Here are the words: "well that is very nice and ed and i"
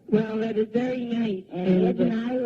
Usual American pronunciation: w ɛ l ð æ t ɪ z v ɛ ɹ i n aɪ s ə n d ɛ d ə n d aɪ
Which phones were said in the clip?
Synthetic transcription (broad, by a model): w ɛ l ð æ t ɪ z v ɛ ɹ i n aɪ s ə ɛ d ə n aɪ